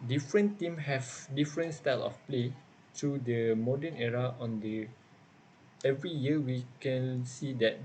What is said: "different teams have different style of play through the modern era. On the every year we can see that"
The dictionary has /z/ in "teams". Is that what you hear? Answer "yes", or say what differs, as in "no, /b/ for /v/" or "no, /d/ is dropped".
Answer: no, /z/ is dropped